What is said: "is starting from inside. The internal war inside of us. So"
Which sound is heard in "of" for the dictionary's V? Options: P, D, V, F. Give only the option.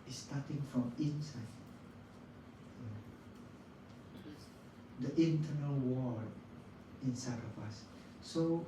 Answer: P